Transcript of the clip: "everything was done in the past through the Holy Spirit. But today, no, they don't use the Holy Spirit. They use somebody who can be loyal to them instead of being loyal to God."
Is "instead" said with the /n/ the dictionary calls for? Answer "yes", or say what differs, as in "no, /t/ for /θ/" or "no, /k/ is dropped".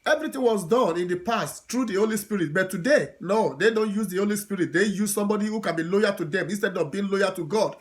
yes